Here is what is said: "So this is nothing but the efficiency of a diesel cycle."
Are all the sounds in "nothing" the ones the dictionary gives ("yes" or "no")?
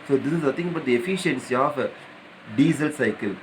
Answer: no